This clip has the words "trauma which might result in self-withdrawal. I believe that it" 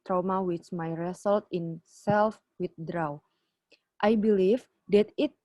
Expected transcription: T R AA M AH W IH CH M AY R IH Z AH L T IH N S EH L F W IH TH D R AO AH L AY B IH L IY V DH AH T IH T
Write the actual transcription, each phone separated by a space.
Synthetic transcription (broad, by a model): T R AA M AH W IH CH M AY R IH S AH L T IH N S EH L F W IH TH D R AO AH W AY B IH L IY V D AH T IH T